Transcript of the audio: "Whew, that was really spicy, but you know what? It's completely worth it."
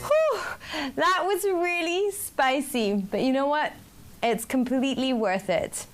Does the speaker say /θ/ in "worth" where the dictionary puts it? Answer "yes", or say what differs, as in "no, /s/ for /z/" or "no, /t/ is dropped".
yes